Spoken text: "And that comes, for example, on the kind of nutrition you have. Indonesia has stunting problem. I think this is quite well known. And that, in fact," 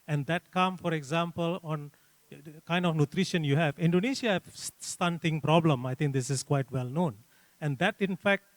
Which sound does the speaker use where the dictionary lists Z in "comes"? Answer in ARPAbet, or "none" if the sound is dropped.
none